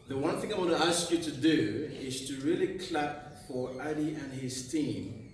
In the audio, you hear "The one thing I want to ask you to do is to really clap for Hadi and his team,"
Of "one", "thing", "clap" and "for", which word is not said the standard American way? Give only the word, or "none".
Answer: none